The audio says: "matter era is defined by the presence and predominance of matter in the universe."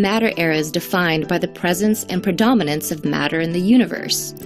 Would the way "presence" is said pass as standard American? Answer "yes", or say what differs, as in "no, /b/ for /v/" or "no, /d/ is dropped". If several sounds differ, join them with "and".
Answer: yes